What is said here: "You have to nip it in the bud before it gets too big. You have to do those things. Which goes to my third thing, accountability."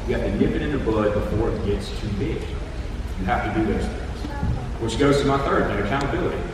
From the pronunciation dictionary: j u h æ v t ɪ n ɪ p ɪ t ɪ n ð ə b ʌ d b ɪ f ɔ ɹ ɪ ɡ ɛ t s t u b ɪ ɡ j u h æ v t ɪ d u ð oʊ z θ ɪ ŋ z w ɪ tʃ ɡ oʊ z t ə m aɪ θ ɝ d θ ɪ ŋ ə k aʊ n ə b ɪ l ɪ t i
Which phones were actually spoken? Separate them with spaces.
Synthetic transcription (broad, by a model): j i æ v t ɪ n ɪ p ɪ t ɪ n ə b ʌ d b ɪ f ɔ ɹ ɪ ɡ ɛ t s t u b ɪ ɡ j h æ f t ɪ d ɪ ð oʊ z θ ɪ ŋ z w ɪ ʃ ɡ oʊ z t ə m aɪ θ ɝ d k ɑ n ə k aʊ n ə b ɪ l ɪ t i